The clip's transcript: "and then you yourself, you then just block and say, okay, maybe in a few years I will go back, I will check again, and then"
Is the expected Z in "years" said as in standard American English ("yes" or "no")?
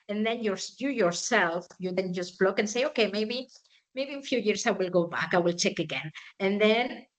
no